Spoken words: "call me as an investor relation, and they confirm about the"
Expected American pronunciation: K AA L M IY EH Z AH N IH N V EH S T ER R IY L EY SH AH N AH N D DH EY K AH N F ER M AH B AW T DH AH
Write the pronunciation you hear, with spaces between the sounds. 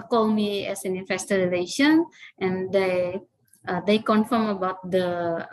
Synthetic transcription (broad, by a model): K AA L M IY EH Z AH N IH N F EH S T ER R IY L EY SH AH N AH N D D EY K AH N F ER M AH B AW T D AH